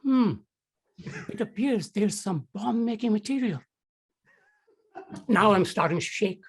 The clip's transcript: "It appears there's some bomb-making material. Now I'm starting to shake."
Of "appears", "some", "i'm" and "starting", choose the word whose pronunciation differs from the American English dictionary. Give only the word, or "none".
none